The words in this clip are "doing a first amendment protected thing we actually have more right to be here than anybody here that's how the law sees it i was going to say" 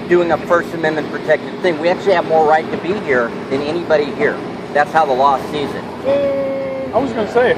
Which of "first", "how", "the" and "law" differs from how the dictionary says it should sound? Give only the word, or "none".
none